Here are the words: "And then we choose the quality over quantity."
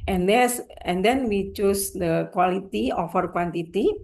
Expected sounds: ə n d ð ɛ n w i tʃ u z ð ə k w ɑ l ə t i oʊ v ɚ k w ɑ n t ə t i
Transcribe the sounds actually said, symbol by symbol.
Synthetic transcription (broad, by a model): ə n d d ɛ n w i tʃ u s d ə k w ɑ l ə t i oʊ f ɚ k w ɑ n t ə t i